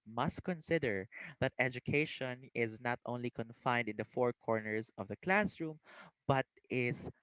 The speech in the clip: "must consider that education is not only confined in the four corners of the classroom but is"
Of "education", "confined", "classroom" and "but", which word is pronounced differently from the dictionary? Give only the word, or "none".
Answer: none